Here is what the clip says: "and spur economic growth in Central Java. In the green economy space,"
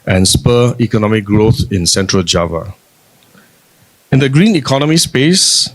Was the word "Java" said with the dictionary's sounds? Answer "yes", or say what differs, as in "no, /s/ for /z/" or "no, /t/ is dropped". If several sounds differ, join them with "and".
yes